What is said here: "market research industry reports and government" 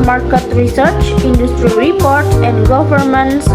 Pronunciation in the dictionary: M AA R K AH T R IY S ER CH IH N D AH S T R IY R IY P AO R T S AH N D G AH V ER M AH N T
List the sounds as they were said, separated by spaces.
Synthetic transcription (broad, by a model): M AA R K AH T R IY S ER CH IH N D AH S T R IY R IY P AO R T S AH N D G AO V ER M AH N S